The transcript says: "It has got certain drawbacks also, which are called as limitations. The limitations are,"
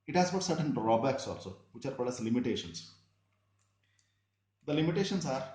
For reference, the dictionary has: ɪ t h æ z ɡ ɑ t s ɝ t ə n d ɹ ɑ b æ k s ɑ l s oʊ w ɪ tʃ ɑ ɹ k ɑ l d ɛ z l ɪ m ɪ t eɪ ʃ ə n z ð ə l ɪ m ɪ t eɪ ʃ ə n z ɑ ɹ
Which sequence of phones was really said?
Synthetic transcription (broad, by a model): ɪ t h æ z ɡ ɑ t s ɝ t ə n d ɹ ɑ b æ k s ɑ l s oʊ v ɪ tʃ ɑ ɹ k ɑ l ɛ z l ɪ m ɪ t eɪ ʃ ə n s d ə l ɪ m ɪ t eɪ ʃ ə n s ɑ ɹ